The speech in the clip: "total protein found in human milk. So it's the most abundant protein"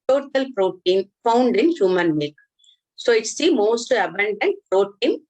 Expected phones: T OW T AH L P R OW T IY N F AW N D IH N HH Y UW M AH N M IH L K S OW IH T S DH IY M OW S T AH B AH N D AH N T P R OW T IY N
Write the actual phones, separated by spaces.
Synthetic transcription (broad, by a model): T OW T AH L P R OW T IY N F AW N D IH N HH Y UW M AH N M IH K S OW IH T S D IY M OW S T AH B AH N D AH N T P R OW T IY N